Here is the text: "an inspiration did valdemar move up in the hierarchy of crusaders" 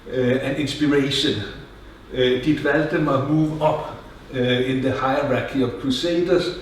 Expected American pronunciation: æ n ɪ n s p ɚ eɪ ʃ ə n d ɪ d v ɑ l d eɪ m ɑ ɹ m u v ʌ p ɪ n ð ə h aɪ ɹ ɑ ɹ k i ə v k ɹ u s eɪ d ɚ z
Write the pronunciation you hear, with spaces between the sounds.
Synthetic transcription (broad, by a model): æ n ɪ n s b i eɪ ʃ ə n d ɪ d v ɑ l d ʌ m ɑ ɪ m u v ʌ b ɪ n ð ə h aɪ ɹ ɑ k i ə v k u s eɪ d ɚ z